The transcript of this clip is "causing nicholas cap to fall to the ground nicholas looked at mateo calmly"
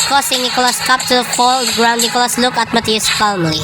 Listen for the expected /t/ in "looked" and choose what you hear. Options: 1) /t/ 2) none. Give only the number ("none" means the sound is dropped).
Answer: 2